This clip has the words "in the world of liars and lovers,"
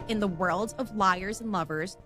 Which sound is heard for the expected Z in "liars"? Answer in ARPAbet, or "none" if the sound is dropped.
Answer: Z